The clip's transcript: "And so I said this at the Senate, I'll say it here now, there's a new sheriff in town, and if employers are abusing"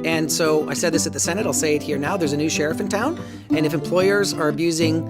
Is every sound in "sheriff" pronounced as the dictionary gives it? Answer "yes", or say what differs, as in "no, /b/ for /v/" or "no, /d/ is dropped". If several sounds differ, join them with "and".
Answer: yes